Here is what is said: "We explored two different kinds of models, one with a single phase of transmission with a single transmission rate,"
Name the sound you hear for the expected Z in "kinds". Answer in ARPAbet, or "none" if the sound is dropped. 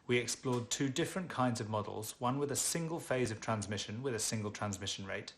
Z